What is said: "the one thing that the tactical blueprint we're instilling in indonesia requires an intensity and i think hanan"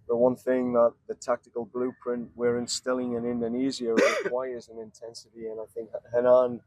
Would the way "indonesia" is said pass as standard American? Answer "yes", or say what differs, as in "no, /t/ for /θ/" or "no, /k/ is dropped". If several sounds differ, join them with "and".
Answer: no, /z/ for /ʒ/